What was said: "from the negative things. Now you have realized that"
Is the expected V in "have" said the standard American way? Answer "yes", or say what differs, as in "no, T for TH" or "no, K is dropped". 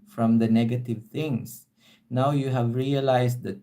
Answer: yes